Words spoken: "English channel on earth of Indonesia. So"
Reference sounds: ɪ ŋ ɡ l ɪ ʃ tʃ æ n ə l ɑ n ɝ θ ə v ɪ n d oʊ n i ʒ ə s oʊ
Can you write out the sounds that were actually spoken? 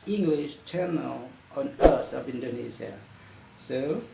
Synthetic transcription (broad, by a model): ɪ ŋ ɡ l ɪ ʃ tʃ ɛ n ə l ɑ n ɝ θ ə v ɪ n d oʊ n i z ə s oʊ